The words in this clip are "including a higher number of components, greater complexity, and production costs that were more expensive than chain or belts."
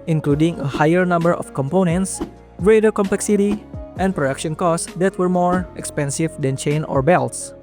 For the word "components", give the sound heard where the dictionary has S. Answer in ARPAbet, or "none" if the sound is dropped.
S